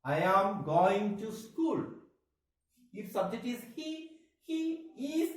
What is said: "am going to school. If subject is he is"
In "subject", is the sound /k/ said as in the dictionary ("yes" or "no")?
no